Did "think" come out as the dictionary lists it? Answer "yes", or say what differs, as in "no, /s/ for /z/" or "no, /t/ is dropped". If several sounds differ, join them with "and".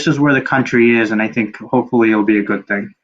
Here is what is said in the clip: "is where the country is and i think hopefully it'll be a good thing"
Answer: yes